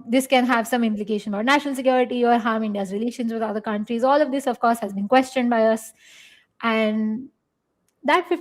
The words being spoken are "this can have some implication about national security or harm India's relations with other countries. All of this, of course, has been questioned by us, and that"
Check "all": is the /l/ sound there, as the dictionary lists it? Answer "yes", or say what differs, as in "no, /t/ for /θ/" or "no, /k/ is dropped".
yes